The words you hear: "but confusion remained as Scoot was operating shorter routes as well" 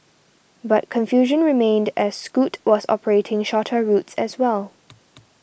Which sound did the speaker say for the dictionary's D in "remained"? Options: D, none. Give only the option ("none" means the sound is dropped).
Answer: D